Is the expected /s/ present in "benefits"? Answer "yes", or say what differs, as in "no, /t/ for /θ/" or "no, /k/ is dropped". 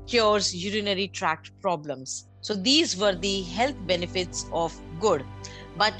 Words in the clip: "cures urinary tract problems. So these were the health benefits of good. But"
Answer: yes